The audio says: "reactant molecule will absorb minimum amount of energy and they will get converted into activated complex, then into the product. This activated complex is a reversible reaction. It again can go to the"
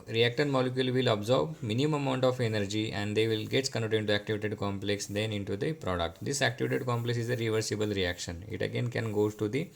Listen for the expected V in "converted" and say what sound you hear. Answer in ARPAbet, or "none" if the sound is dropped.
none